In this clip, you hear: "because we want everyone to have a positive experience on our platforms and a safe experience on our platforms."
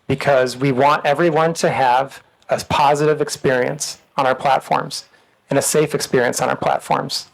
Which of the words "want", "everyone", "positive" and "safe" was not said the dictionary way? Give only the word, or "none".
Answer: none